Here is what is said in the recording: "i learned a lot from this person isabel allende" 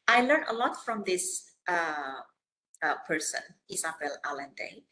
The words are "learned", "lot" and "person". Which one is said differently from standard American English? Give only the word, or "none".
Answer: learned